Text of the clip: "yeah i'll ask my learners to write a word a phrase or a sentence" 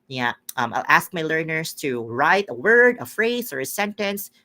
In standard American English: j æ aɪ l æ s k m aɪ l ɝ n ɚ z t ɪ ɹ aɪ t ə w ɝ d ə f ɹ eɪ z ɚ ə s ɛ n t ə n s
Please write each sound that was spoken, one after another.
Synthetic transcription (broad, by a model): j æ aɪ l æ s k m aɪ l ɝ n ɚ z t ɪ ɹ aɪ t ə w ɝ d ə f ɹ eɪ z ɚ ə s ɛ n t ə n s